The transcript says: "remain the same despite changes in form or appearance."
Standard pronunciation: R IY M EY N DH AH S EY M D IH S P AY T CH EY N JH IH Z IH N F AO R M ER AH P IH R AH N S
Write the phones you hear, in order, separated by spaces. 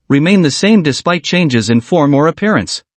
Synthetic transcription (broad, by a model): R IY M EY N DH AH S EY M D IH S P AY T CH EY N JH IH Z IH N F AO R M ER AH P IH R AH N S